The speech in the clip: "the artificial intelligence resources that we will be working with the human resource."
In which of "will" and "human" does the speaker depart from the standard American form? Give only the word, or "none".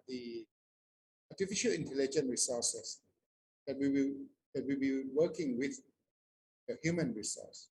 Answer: will